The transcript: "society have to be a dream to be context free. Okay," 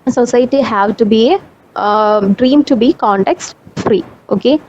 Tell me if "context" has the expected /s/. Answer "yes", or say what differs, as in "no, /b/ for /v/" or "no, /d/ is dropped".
yes